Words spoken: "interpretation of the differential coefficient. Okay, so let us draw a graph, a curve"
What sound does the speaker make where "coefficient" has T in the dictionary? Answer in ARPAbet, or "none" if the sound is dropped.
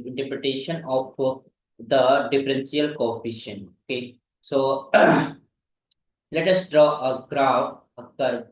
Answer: none